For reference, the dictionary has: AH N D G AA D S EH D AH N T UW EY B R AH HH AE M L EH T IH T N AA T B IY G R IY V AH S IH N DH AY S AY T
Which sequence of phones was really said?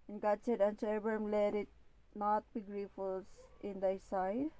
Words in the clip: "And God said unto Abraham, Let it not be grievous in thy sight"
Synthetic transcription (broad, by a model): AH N G AA D S EH D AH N S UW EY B AH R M L EH T IH T N AA T B IY G R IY F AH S IH N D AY S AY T